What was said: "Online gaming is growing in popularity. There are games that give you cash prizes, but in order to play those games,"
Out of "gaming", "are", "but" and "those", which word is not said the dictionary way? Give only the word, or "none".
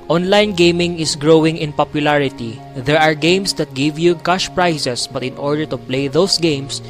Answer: those